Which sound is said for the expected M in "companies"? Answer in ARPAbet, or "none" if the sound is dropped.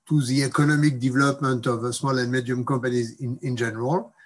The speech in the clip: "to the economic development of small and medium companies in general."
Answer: none